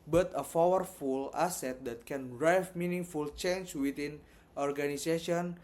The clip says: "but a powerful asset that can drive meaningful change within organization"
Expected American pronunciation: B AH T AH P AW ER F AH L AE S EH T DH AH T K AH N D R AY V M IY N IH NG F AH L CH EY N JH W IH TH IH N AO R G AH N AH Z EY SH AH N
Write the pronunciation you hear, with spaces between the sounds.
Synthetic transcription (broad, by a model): B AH T AH F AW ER F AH L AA S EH T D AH T K AH N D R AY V M IY N IH NG F AH L CH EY N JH W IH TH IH N AO R G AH N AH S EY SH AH N